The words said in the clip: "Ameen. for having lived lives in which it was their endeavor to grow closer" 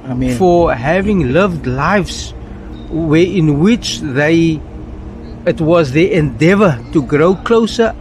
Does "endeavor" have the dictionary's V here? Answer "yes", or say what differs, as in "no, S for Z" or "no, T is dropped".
yes